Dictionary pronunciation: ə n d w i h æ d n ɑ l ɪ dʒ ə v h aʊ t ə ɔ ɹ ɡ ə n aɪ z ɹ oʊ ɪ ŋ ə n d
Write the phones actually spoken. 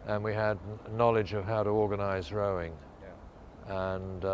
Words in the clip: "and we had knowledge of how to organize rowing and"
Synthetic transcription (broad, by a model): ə n w i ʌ d n ɑ l ɪ dʒ ə v h aʊ t ə ɔ ɹ ɡ ə n aɪ z ɹ oʊ ɪ ŋ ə n